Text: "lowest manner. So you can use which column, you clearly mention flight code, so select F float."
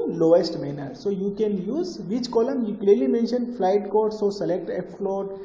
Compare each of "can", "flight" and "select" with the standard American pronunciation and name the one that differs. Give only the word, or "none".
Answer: none